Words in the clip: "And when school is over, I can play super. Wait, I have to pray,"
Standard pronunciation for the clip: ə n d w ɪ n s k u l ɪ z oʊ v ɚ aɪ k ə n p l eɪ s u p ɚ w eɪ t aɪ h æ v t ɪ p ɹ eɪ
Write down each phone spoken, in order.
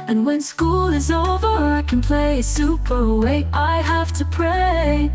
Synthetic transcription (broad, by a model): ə n w ɪ n s k u l ɪ z oʊ v ɚ aɪ k ə n p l eɪ s u p ɚ w eɪ t aɪ h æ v t ɪ p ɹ eɪ